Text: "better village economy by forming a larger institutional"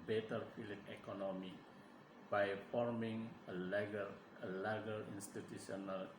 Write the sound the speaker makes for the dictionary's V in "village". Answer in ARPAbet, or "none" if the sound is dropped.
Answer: F